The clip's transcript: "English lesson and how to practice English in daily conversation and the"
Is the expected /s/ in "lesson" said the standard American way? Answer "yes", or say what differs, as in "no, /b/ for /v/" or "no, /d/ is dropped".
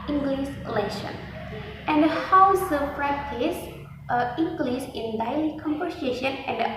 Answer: no, /ʃ/ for /s/